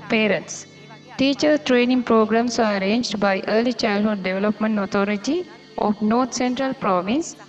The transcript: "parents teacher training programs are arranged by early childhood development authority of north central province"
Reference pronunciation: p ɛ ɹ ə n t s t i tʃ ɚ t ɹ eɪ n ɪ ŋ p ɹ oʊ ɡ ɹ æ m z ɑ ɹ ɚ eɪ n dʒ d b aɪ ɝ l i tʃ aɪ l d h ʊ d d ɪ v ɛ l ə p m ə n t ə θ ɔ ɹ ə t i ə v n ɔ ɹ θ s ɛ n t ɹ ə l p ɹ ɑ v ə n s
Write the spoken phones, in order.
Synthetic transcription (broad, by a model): p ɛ ɹ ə n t s t i tʃ ɚ t ɹ eɪ n ɪ ŋ p ɹ oʊ ɡ ɹ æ m s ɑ ɹ eɪ n dʒ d b aɪ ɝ l i tʃ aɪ l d h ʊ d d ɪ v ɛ l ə p m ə n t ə t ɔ ɹ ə t i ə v n ɔ ɹ t s ɛ n t ɹ ə l p ɹ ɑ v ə n s